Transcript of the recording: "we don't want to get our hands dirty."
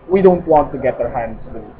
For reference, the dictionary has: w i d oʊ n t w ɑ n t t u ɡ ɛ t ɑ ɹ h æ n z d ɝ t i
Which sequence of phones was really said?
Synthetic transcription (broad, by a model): w i d oʊ n t w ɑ n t t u ɡ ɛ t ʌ ɹ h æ n d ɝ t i